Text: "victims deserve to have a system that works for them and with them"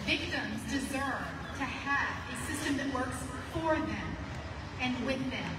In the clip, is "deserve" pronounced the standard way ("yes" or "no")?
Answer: yes